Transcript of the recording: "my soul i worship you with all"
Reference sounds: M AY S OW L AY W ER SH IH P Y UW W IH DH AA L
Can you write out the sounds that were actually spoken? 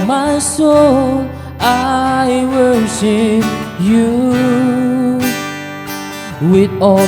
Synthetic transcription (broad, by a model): M AY S OW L AY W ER S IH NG Y UW W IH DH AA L